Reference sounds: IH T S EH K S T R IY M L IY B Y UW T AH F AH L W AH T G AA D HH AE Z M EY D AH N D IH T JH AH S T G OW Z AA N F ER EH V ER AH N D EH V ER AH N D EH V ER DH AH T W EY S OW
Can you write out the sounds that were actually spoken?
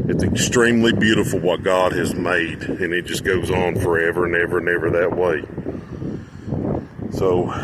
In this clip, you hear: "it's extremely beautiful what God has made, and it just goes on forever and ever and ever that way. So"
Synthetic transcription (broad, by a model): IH T S EH K S T R IY M L IY B Y UW T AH F L W AH T G AA D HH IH Z M EY D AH N IH T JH AH S G OW Z N F ER EH V ER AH N EH V ER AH N EH V ER DH AH T W EY S OW